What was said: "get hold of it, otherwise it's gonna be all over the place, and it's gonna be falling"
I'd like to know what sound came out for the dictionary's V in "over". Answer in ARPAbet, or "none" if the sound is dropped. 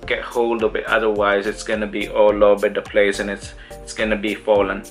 B